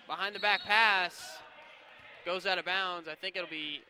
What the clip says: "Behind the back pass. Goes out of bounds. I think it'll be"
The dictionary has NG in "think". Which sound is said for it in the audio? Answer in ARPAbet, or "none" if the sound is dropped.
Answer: NG